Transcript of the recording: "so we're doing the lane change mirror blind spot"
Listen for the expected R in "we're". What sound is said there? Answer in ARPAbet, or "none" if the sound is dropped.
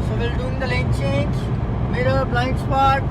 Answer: L